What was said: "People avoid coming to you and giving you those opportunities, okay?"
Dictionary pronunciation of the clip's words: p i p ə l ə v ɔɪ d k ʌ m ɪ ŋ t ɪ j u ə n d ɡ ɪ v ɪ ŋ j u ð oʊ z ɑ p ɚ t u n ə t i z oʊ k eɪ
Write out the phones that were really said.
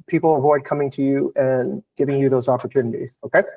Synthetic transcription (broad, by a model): p i p l ə v ɔɪ d k ʌ m ɪ ŋ t ɪ j u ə n ɡ ɪ v ɪ ŋ j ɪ ð oʊ z ɑ p ɚ t u n ə t i z oʊ k eɪ